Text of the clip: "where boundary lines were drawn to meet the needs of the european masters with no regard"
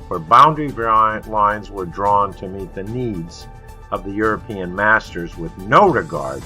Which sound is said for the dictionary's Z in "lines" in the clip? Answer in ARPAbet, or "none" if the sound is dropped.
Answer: Z